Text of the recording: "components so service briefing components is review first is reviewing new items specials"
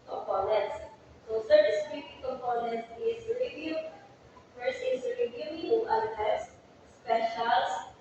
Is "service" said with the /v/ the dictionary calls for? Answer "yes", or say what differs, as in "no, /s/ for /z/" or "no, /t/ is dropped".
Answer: no, /v/ is dropped